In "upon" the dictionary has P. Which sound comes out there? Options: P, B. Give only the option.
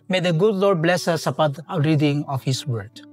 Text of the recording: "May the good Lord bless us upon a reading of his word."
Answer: B